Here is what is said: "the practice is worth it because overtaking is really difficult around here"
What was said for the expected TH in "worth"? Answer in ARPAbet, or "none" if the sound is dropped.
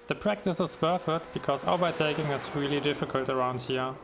F